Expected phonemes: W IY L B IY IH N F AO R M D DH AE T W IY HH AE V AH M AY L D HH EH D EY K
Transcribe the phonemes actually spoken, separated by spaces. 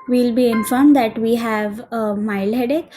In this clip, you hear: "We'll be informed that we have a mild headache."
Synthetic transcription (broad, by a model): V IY L B IY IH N F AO R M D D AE T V IY HH AE V AH M AY L D HH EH D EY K